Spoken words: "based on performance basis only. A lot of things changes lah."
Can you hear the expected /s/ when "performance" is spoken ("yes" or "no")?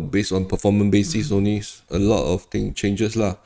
no